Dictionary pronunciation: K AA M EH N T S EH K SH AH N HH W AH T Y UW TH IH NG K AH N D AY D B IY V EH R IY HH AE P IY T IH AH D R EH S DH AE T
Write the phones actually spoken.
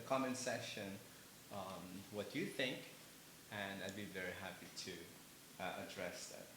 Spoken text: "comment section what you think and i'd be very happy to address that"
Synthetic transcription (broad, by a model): K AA M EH N S EH SH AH N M W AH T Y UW TH IH NG K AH N AY D B IY V EH R IY HH AE P IY T IH AH D R EH S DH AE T